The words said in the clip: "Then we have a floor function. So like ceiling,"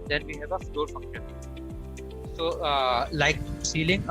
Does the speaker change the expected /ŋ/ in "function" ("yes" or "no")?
yes